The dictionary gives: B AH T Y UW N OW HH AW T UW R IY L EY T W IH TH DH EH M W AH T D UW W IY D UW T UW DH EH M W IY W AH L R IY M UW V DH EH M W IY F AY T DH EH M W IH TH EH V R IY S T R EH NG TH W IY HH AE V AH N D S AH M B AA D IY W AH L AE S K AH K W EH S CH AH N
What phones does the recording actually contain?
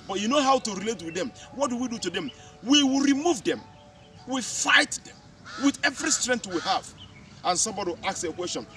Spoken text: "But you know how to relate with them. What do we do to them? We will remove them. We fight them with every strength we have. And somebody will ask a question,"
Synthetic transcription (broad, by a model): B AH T Y UW N OW HH AW T UW R IY L EY T W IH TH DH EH M W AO T D UW W IY D UW T UW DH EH M W IY W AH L R IY M UW V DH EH M W IY F AY T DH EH M W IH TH EH V R IY S T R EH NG T W IY HH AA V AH N S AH M B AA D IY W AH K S AH K W EH S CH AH N